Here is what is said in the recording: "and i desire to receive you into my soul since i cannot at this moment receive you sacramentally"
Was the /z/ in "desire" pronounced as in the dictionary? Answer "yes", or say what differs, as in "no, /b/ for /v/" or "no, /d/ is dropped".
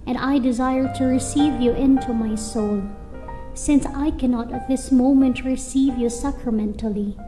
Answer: yes